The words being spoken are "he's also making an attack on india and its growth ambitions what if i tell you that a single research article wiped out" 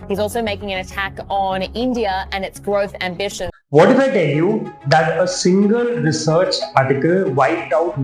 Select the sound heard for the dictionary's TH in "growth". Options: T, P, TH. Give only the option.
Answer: TH